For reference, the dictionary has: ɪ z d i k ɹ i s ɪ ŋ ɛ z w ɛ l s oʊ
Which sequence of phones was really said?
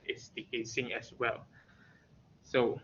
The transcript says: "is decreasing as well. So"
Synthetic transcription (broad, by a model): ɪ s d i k ɛ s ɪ ŋ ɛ s w ɛ l s oʊ